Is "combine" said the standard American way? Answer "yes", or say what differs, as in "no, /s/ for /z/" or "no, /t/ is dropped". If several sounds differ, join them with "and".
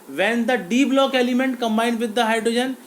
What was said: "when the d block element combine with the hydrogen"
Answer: yes